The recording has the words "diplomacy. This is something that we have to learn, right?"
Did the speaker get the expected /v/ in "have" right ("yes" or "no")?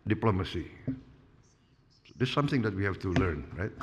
no